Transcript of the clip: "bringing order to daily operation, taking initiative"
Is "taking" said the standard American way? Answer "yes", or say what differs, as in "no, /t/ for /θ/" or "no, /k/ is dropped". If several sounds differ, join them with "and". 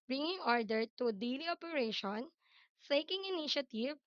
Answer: no, /s/ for /t/